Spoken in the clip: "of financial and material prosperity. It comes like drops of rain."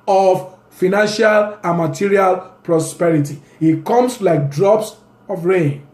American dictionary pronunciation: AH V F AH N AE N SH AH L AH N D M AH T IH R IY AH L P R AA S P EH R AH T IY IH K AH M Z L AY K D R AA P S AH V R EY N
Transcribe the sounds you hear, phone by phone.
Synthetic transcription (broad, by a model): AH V F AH N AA N SH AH L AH N M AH T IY R IY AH L P R AA S P EH R AH T IY IH K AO M S L AY K D R AA P S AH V R EY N